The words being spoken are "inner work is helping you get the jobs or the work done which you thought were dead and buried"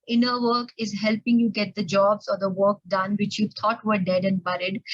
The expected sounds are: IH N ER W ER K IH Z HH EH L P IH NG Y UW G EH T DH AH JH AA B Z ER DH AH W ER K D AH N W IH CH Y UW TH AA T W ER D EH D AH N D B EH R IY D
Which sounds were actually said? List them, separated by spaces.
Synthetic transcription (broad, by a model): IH N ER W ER K IH Z HH EH L P IH NG Y UW G EH T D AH JH AA B Z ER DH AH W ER K D AH N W IH CH Y UW T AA T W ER D EH D AH N D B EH R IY D